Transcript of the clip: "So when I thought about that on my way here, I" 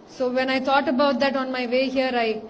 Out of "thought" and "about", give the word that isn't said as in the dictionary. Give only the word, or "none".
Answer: thought